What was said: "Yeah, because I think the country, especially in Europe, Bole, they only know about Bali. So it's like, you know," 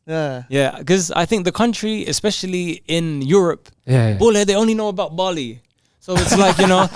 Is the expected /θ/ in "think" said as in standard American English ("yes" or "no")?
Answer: yes